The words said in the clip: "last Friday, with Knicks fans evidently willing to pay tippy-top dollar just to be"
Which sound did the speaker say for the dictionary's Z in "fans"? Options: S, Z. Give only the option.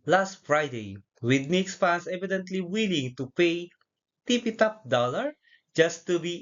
S